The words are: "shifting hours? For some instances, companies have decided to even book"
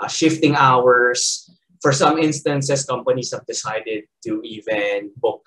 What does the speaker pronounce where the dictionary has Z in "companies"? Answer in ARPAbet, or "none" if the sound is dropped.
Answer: S